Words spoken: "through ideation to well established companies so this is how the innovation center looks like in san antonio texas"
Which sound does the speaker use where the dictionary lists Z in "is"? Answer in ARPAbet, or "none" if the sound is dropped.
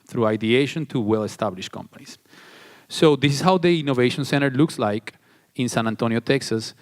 S